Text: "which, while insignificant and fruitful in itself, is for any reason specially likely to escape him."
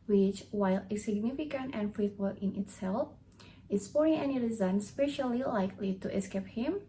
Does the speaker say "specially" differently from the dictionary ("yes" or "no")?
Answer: no